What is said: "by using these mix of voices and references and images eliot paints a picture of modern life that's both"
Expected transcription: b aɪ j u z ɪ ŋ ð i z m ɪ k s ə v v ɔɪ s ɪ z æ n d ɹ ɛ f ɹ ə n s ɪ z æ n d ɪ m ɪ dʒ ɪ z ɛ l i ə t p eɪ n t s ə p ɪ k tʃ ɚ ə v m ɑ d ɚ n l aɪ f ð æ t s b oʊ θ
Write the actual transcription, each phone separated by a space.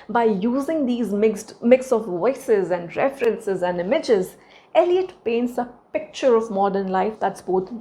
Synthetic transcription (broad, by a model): b aɪ j u z ɪ ŋ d i z m ɪ k s ə v v ɔɪ s ɪ z æ n d ɹ ɛ f ɹ ə n s ɪ z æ n d ɪ m ɪ dʒ ɪ z ɛ l i ə t p eɪ n t s ə p ɪ k tʃ ɚ ə v m ɑ d ɚ n l aɪ f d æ t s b oʊ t